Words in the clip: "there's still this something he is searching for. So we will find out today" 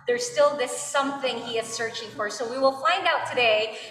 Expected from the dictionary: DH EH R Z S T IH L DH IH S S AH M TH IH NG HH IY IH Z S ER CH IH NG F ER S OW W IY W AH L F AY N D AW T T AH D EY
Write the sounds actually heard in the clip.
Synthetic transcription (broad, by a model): DH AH R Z S T IH L DH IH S S AH M TH IH NG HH IY IH Z S ER CH IH NG F ER S OW W IY W AH L F AY N D AW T T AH D EY